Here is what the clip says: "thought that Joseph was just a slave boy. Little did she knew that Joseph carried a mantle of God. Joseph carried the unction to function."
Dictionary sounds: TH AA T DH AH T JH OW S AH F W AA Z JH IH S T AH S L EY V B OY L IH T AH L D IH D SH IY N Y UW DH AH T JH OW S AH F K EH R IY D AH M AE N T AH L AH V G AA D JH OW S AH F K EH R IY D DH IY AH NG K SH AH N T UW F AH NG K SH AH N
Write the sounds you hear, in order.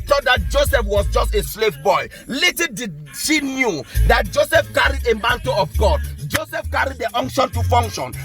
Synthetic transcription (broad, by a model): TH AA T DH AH T JH OW S AH F W AA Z JH IH S T AH S L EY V B OY L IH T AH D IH SH IY N Y UW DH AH T JH OW S AH F K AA R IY D AH M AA N T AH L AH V G AA D JH OW S AH F K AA R IY D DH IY AH NG K SH AH N T UW F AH NG K SH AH N